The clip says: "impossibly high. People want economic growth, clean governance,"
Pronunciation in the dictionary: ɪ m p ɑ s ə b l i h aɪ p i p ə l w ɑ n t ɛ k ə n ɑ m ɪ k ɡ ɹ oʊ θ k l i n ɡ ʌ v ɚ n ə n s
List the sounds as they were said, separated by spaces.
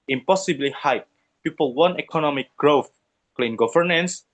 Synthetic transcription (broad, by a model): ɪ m p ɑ s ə b l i h aɪ p i p ə l w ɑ n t ɛ k ə n ɑ m ɪ k ɡ ɹ oʊ θ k l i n ɡ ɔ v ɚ n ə n s